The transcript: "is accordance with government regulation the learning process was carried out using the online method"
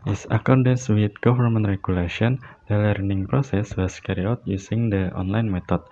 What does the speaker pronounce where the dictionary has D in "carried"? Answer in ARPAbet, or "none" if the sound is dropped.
none